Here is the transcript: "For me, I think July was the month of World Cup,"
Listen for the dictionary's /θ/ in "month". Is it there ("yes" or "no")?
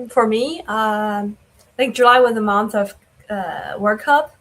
yes